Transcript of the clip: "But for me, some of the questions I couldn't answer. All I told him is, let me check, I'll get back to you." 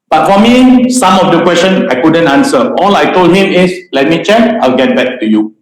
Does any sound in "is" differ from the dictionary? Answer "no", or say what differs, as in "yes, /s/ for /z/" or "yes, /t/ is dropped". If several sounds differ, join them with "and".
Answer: yes, /s/ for /z/